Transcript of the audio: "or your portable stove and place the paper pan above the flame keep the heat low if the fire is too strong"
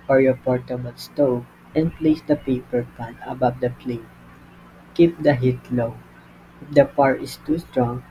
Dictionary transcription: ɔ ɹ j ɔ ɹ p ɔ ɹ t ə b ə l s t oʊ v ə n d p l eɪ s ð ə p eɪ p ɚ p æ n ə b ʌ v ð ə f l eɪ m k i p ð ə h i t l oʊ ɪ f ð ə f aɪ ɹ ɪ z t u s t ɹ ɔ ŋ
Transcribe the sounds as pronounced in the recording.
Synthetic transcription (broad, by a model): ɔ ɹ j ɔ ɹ p ɔ ɹ t ə b ə l s t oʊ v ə n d p l eɪ s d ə p eɪ p ɚ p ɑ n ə b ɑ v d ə p l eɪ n k i p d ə h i t l oʊ ɪ f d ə p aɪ ɹ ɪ s t u s t ɹ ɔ ŋ